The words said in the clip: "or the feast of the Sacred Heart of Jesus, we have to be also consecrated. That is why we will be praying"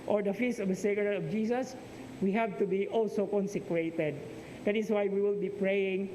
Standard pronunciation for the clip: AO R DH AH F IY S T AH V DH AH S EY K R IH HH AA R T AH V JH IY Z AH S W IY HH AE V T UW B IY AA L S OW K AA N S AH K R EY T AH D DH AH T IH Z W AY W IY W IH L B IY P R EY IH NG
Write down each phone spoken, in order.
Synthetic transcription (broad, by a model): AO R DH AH F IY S AH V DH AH S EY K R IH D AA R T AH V JH IY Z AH S W IY HH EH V T UW B IY AA L S OW K AA N S AH K R EY T AH D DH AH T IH S W AY W IY W IH L B IY P R EY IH NG